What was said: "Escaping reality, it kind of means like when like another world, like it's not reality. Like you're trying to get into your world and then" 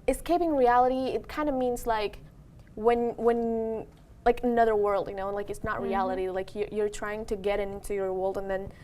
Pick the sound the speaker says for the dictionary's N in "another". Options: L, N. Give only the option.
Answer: N